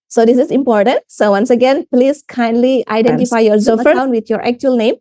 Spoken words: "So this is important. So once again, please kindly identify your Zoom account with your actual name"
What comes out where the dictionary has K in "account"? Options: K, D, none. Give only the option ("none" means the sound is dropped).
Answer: none